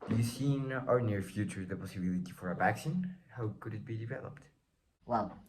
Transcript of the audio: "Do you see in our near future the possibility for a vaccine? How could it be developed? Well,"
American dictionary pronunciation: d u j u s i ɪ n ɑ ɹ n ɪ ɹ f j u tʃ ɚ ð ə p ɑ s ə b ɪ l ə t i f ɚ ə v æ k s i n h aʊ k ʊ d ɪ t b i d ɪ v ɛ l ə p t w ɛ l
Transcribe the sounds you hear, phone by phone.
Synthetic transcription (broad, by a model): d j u s i n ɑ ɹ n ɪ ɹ f j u tʃ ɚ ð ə p ɑ s ə b ɪ l ə t i f ɚ ə b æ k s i n h aʊ k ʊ d ɪ t b i d ɪ v ɛ l ə p t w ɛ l